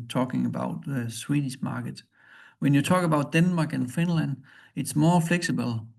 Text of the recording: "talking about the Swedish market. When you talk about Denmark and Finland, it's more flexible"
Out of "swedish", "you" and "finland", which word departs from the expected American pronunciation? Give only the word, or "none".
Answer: swedish